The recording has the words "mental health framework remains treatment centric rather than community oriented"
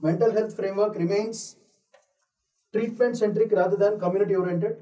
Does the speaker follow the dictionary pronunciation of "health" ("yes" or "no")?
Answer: no